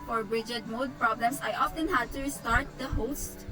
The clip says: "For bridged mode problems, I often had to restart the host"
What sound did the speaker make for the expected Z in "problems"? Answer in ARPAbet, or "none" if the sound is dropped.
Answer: S